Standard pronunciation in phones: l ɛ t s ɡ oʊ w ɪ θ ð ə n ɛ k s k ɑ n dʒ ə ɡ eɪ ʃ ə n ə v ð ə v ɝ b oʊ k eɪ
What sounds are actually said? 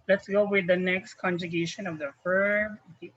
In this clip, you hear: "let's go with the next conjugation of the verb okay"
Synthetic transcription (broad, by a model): l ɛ t s ɡ oʊ w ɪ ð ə n ɛ k s k ɑ n dʒ ə ɡ eɪ ʃ ə n ə v ð ə f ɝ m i